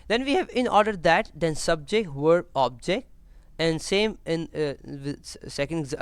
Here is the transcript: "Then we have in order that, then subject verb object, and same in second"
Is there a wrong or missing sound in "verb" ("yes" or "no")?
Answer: yes